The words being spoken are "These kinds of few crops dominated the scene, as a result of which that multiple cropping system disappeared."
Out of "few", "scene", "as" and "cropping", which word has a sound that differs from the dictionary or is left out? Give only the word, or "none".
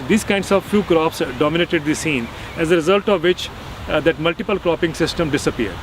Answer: none